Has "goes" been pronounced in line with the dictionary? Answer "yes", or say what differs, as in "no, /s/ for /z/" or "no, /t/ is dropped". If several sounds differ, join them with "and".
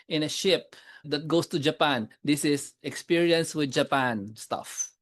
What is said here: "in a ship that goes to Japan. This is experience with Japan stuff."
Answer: no, /s/ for /z/